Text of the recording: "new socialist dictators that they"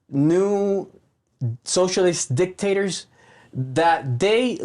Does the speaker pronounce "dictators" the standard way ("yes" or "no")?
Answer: yes